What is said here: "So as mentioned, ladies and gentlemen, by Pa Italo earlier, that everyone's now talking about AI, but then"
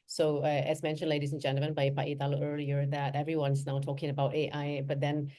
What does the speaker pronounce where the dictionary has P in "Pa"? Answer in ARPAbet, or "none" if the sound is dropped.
B